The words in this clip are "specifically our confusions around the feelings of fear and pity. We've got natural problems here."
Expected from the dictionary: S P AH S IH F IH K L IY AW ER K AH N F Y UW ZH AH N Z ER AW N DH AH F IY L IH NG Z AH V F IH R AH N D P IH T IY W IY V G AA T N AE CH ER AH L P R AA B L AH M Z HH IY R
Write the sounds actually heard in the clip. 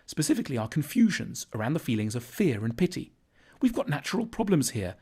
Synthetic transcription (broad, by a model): S P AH S IH F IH K L IY AW ER K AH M F Y UW ZH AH N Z ER AW N DH AH F IY L IH NG Z AH V F IH R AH N P IH T IY W IY V G AA T N AE CH ER AH L P R AA B L AH M Z HH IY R